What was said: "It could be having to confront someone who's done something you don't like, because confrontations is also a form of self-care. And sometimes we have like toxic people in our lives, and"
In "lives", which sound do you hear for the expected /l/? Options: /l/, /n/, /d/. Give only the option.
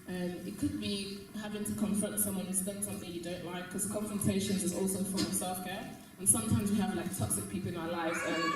/l/